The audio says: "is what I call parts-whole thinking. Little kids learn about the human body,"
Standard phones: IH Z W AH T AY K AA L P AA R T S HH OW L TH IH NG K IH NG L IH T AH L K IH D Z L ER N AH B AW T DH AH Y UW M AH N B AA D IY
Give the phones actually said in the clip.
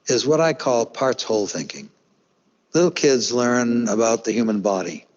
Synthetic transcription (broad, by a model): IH Z W AH T AY K AA L P AA R T S HH OW L TH IH NG K IH NG L IH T L K IH D Z L ER N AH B AW T DH AH Y UW M AH N B AA D IY